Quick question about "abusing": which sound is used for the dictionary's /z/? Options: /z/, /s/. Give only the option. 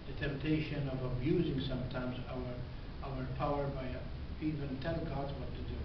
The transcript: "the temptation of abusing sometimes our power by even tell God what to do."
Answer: /z/